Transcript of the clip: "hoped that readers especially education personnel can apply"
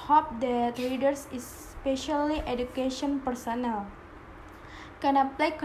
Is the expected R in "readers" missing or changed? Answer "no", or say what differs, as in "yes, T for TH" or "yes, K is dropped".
yes, L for R